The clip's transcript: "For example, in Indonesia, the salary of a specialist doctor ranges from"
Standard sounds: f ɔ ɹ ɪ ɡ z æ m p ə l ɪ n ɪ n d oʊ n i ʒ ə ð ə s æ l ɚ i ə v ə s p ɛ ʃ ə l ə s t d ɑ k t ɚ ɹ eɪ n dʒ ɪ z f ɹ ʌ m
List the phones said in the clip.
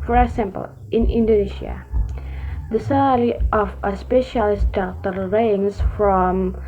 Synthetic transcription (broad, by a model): f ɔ ɹ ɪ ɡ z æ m p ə l ɪ n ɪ n d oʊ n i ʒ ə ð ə s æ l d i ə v ə s p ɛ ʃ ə l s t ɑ t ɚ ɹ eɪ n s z f ɹ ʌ m